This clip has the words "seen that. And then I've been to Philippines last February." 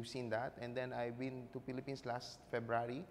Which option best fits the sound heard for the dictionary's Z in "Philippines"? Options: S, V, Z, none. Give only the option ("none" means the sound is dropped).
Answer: S